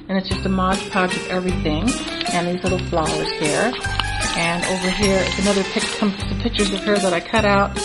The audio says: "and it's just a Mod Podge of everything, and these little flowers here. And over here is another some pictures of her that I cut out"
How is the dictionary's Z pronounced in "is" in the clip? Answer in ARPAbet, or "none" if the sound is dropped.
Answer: S